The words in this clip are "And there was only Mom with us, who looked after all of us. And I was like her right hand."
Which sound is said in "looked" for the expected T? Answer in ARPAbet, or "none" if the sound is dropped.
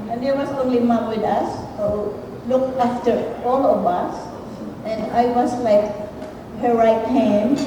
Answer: none